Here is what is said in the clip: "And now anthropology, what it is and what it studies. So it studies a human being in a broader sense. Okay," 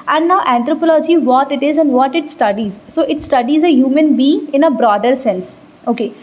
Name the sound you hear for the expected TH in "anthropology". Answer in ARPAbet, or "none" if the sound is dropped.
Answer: T